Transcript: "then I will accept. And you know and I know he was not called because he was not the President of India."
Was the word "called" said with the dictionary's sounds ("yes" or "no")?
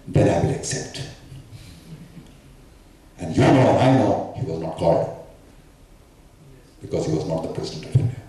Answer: no